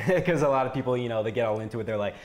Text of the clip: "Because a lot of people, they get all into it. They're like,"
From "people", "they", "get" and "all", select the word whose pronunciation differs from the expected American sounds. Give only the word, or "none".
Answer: people